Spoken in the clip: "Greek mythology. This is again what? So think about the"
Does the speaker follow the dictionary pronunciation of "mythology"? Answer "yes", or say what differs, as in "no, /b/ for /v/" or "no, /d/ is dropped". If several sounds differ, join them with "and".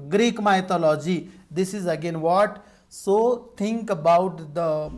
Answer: no, /t/ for /θ/